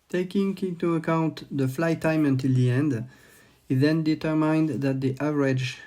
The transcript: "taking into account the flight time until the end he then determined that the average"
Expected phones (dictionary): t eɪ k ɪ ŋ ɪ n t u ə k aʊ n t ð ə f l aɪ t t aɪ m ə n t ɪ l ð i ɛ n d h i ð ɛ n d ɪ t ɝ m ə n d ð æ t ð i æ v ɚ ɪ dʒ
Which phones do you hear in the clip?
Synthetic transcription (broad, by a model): t eɪ k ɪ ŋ ɪ n t u ə k aʊ n t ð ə f l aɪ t t aɪ m ə n t ɪ l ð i ɛ n d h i ð ɛ n d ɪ t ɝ m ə n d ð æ t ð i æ v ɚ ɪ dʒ